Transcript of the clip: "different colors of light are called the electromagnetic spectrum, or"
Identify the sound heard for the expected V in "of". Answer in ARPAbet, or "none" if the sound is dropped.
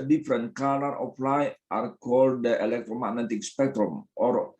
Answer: P